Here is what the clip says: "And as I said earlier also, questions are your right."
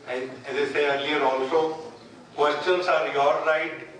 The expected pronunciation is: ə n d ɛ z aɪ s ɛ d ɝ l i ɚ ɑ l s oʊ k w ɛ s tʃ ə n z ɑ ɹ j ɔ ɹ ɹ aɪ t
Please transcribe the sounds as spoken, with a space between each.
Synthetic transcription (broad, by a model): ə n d ɛ z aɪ s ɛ ɝ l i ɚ ɑ l s oʊ k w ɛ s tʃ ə n s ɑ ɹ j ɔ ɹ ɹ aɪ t